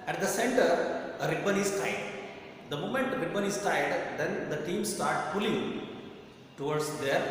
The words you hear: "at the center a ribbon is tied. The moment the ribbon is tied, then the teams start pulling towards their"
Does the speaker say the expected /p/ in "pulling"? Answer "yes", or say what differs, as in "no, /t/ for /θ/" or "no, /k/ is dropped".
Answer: no, /f/ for /p/